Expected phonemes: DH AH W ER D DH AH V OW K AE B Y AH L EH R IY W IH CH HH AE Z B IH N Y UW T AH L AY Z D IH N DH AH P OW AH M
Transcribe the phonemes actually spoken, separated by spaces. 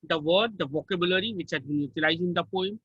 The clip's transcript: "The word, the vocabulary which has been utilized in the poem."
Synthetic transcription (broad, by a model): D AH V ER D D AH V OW K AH B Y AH L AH R IY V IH CH HH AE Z B IH N Y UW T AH L AY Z IH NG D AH P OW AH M